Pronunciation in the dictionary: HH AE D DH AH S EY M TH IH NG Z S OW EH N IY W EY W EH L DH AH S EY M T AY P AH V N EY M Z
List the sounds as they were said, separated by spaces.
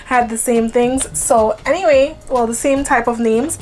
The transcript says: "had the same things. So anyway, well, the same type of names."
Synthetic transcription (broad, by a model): HH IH D DH AH S EY M TH IH NG Z S OW EH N IY W EY W EH L DH AH S EY M T AY P AH V N EY M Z